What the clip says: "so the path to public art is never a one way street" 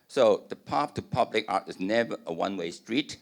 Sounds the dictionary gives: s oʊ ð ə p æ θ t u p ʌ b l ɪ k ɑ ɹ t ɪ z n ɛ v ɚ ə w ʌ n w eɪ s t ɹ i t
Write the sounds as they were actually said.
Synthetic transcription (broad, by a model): s oʊ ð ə p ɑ f t u p ʌ b l ɪ k ɑ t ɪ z n ɛ v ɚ ə w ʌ n w eɪ s t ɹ i t